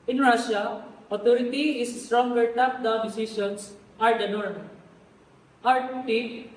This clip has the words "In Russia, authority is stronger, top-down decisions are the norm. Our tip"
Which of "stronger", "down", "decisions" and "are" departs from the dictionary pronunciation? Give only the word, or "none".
decisions